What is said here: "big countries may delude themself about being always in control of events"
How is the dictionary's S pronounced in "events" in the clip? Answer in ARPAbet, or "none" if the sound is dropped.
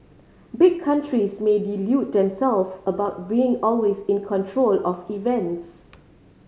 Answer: S